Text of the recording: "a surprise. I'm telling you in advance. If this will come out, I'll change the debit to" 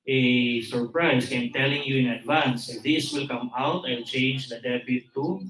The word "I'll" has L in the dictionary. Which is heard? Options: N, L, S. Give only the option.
N